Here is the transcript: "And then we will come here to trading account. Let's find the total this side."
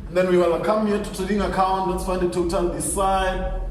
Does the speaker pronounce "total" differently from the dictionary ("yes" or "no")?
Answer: yes